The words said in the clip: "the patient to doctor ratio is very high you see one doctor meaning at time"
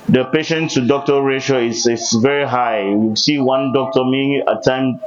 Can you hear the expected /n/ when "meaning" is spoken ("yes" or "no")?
no